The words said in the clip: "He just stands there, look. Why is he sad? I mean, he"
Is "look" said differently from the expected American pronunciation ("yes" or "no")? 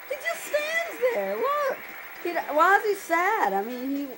yes